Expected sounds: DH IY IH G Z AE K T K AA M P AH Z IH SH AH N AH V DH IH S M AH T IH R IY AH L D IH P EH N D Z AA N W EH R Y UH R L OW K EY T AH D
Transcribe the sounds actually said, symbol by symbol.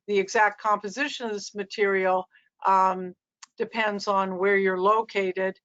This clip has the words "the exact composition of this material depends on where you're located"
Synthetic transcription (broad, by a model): DH IY IH G Z AE K T K AA M P AH Z IH SH AH N AH V DH IH S M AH T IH R IY L D IH P EH N D Z N W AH R Y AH R L OW K EY T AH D